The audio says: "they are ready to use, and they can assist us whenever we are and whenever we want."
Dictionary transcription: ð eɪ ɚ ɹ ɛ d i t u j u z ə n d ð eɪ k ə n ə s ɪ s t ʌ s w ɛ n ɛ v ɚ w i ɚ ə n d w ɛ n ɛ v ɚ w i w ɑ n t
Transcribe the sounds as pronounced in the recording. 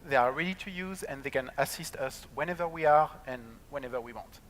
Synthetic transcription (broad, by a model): ð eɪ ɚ ɹ ɛ d i t u j u z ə n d ð eɪ k ə n ə s ɪ s t ʌ s w ɛ n ɛ v ɚ w i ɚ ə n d w ɛ n ɛ v ɚ w i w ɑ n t